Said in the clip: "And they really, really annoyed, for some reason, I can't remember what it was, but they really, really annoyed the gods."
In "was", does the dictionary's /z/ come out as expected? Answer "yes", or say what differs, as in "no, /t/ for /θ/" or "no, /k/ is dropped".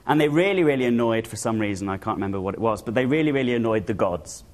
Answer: yes